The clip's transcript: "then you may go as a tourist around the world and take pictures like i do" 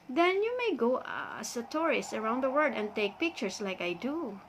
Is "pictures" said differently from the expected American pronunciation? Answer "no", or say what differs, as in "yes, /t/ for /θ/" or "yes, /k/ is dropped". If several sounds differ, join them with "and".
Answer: yes, /s/ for /z/